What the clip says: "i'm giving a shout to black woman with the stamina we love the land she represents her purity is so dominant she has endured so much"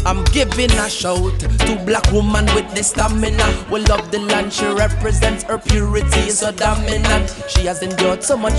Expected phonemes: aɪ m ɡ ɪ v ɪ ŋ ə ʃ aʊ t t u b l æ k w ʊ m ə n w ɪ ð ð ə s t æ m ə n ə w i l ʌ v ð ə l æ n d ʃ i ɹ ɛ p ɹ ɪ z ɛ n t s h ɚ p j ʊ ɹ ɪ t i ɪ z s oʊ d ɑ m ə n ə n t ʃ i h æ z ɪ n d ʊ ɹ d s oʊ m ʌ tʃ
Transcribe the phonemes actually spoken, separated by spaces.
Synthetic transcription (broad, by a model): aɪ m ɡ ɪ v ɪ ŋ ə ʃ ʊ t t u b l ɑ k w ʊ m ə n w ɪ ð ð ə s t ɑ m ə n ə w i l ʌ v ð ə l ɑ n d ʃ i ɹ ɛ p ɹ ɪ z ɛ n t s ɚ p j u ɹ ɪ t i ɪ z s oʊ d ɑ m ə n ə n ʃ i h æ z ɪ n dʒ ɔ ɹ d s oʊ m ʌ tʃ